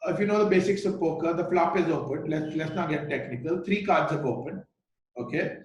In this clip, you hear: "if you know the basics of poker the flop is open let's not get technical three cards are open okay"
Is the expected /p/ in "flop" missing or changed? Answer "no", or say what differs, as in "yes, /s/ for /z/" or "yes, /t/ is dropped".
no